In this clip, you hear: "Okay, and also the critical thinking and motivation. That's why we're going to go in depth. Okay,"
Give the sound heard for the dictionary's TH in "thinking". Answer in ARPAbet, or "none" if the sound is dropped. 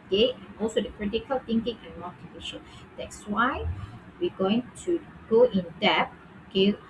T